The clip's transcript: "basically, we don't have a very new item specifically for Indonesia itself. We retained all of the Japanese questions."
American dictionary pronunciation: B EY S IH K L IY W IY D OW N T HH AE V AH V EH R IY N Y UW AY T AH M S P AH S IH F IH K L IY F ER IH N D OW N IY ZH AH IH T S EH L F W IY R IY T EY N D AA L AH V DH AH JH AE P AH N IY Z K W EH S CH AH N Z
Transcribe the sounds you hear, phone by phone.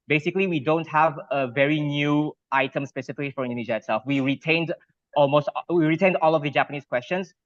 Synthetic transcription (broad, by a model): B EY S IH K L IY W IY D OW N T HH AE V AH V EH R IY N Y UW AY T AH M S P AH S IH F IH K L IY F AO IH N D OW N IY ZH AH IH T S EH L F W IY R IY T EY N D AA L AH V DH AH JH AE P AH N IY S K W EH S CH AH N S